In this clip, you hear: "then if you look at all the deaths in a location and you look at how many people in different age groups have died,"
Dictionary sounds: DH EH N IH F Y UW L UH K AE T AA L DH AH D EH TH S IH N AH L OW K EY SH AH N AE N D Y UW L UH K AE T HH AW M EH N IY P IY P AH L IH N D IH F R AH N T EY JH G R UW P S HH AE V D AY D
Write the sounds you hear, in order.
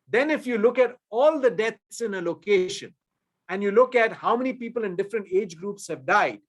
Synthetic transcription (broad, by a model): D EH N IH F Y UW L UH K AE T AA L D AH D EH T S IH N AH L OW K EY SH AH N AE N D Y UW L UH K AE T HH AW M EH N IY P IY P AH L IH N D IH F R AH N T EY JH G R UW P S HH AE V D AY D